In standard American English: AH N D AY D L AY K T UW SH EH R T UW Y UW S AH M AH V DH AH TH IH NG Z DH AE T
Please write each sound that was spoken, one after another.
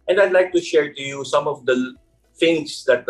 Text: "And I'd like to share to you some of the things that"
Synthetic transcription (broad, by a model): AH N D AY D L AY K T UW SH EH R T UW Y UW S AH M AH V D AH F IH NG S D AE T